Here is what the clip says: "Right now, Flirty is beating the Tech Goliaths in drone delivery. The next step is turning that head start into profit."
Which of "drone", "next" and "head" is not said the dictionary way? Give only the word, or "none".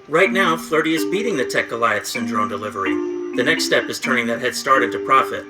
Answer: none